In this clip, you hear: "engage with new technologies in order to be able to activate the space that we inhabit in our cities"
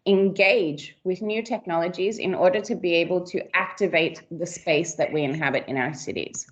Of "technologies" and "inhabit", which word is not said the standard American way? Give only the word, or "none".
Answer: none